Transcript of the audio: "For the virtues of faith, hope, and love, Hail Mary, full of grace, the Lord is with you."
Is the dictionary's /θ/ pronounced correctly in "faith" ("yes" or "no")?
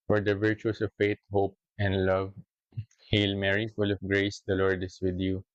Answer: no